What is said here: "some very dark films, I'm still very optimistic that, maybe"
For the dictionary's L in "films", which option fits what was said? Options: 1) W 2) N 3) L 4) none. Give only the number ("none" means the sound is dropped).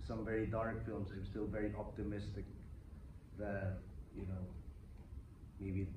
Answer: 3